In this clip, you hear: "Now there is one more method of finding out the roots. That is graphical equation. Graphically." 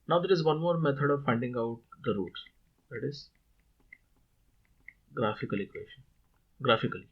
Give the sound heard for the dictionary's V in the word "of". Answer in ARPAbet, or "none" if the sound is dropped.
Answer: V